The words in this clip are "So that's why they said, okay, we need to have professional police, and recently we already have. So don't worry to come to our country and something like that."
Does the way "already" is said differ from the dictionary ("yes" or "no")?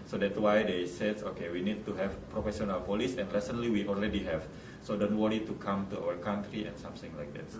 yes